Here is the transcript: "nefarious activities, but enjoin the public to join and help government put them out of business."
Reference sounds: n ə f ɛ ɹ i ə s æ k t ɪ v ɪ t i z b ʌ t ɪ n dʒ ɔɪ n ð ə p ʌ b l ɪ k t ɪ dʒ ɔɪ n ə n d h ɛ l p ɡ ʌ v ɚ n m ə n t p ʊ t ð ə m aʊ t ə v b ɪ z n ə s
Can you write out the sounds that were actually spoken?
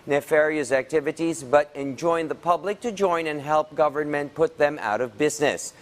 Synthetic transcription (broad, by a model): n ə f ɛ ɹ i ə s æ k t ɪ v ɪ t i z b ʌ t ɪ n dʒ ɔɪ n ð ə p ʌ b l ɪ k t ɪ dʒ ɔɪ n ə n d h ɛ l p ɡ ʌ v ɚ n m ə n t p ʊ t ð ə m aʊ t ə v b ɪ z n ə s